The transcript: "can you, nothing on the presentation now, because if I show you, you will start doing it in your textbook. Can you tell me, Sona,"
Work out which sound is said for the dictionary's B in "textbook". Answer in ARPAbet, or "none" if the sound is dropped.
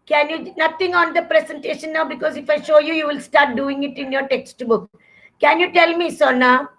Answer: B